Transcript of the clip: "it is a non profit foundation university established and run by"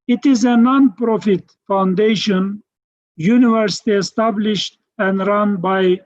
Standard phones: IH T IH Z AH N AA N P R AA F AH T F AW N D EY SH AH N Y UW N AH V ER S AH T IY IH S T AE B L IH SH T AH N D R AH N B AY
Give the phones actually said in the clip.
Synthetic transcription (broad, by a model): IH T IH Z AH N AA N P R AA F AH T F AW N D EY SH AH N Y UW N AH V ER S AH T IY IH S T AE B L IH SH T AH N D R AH N B AY